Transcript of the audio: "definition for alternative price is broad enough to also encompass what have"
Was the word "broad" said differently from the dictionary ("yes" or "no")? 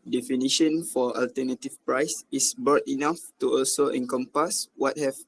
yes